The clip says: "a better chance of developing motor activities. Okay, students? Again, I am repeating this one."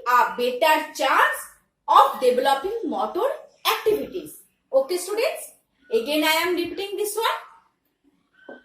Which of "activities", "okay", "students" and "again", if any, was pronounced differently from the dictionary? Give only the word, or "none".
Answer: activities